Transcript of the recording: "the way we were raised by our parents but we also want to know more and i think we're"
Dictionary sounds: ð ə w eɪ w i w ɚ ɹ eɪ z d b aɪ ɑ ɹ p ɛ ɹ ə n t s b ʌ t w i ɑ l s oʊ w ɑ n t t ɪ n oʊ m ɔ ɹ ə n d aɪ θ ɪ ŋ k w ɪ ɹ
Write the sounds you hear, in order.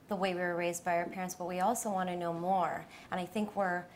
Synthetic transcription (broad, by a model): ð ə w eɪ w i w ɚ ɹ eɪ z d b aɪ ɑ ɹ p ɛ ɹ ə n t s b ʌ t w i ɑ l s oʊ w ɑ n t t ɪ n oʊ m ɔ ɹ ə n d aɪ θ ɪ ŋ k w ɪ ɹ